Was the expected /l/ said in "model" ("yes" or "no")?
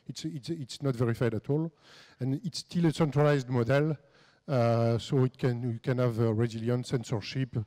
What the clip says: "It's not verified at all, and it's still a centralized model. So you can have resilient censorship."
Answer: yes